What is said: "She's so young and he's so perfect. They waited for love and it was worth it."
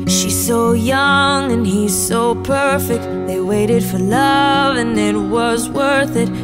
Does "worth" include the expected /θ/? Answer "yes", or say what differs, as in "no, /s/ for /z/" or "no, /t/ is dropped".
yes